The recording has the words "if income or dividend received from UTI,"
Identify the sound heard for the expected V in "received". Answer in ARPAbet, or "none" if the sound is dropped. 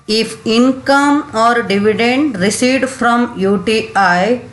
none